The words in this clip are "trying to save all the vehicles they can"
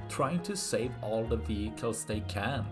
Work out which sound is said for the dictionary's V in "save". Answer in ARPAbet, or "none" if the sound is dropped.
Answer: V